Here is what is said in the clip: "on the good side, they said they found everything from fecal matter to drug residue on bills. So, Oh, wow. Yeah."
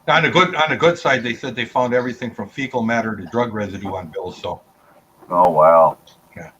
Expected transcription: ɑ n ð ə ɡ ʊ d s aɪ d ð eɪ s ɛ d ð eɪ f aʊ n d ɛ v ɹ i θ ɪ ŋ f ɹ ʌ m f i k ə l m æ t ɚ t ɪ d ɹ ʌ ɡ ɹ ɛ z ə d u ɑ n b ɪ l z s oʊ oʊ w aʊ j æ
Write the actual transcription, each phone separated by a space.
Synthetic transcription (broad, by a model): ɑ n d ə ɡ ʊ d s aɪ d ð eɪ s ɛ d ð eɪ f aʊ n d ɛ v ɹ i θ ɪ ŋ f ɹ ʌ m f i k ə l m æ t ɚ t ɪ d ɹ ʌ ɡ ɹ ɛ z ə d u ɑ n b ɪ l z s oʊ oʊ w aʊ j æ